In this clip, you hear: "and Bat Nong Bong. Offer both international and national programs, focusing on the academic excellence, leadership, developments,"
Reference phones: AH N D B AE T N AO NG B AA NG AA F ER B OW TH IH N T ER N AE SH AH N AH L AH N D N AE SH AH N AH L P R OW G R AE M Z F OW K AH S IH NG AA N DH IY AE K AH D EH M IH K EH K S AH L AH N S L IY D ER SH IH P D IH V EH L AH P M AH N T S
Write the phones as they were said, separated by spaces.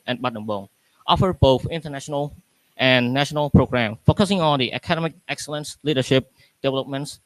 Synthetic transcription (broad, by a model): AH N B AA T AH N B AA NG AA F ER B OW TH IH N T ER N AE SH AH N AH L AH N N AE SH AH N AH L P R OW G R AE M F OW K AH S IH NG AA N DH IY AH K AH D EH M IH K EH K S AH L AH N S L IY D ER SH IH P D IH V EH L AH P M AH N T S